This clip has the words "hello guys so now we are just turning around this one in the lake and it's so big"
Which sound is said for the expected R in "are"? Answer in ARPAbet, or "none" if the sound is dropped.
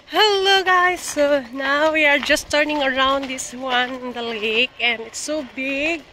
R